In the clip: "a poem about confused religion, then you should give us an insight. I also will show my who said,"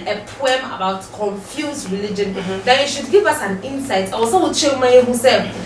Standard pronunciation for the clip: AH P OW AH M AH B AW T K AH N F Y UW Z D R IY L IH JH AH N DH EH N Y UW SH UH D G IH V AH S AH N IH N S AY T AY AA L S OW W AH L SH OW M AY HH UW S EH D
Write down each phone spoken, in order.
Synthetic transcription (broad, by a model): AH P OW AH M AH B AW T K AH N F Y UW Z R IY L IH JH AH N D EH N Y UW SH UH D G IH V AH S AH N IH N S AY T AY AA S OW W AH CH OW M AY HH UW S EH